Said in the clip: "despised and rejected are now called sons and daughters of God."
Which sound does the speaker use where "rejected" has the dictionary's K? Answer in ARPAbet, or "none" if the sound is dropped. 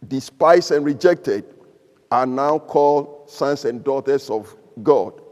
K